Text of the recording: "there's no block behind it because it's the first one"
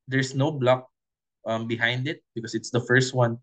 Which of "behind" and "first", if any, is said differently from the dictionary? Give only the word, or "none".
none